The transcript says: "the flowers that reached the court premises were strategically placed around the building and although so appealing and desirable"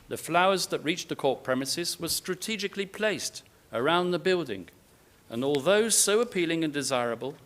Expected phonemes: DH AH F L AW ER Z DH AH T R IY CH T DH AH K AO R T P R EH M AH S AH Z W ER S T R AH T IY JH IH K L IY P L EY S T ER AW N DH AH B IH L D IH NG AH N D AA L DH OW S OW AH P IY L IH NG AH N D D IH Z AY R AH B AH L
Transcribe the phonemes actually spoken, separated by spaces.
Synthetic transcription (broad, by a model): DH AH F L AW ER Z DH AH T R IY CH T DH AH K AO R T P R EH M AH S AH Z W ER S T R AH T IY JH IH K L IY P L EY S T ER AW N DH AH B IH L D IH NG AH N AA L DH OW S OW AH P IY L IH NG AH N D D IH Z AY R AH B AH L